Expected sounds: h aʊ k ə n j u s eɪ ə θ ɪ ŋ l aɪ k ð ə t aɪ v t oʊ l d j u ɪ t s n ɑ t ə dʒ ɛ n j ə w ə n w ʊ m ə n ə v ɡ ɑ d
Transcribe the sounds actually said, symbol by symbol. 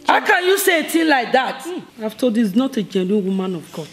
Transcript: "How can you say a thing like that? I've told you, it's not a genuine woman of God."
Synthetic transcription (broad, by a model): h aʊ k ə n j u s eɪ ə t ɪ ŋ l aɪ k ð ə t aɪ f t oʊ d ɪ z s n ɑ t ə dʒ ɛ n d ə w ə m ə n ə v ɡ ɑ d